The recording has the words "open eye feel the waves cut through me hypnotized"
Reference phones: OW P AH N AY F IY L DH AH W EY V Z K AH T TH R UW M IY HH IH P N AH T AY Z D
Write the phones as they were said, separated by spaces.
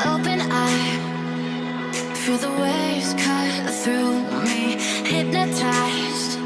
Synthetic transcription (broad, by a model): OW P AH N AY F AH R DH AH W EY Z K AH TH R UW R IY HH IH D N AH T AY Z